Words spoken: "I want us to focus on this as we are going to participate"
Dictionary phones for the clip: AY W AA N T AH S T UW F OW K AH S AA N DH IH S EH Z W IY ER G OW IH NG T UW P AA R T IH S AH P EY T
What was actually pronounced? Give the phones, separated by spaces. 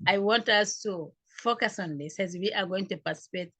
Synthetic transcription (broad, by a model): AY W AA N T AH S T UW F OW K AH S AA N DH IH S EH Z W IY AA G OW IH NG T UW P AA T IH S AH P EY T